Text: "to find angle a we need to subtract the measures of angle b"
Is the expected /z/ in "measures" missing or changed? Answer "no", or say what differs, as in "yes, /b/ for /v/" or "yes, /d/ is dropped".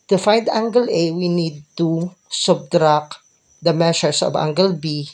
yes, /s/ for /z/